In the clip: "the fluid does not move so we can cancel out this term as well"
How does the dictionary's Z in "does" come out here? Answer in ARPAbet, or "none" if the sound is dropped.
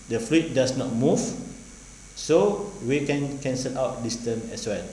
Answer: S